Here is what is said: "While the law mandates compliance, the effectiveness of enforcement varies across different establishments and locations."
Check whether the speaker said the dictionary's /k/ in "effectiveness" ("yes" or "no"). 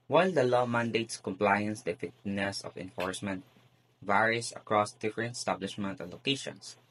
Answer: no